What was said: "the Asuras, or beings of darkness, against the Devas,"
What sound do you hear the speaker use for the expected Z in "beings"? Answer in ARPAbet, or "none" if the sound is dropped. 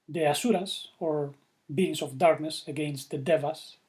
S